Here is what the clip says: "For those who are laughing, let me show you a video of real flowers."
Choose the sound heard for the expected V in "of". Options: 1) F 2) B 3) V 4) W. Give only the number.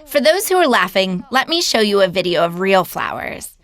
3